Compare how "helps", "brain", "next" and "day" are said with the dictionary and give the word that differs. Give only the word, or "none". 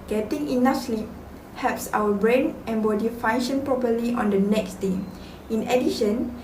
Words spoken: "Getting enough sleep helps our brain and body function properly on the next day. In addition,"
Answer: helps